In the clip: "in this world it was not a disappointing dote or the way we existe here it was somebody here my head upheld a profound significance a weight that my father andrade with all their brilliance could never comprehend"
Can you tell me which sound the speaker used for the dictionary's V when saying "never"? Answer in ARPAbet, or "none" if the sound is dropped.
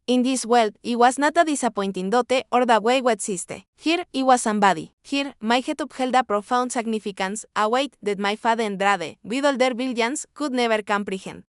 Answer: B